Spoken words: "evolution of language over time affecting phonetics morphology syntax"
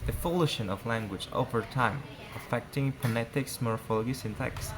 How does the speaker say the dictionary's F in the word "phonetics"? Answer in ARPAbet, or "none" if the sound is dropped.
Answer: P